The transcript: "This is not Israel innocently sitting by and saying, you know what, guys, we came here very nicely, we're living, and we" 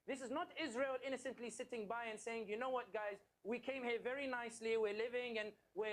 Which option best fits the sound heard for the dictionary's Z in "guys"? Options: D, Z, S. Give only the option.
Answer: Z